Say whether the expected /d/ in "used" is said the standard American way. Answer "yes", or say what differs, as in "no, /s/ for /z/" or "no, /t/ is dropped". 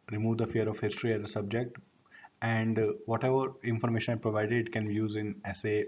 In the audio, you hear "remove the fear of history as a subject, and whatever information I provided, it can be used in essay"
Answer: no, /d/ is dropped